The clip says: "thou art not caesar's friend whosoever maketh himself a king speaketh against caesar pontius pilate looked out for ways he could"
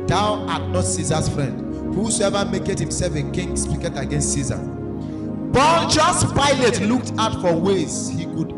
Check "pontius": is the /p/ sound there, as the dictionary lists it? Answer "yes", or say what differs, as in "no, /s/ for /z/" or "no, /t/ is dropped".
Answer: no, /b/ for /p/